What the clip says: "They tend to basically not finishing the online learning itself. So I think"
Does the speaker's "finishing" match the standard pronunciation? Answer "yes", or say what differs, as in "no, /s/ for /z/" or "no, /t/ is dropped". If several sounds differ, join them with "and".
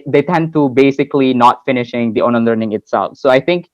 yes